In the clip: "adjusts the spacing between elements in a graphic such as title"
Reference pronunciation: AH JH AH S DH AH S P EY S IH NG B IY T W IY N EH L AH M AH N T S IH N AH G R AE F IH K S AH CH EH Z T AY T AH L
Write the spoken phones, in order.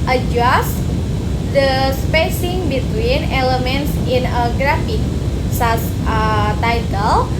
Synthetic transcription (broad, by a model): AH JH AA S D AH S P EY S IH NG B IY T W IY N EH L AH M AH N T S IH N AH G R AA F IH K S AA S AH T AY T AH L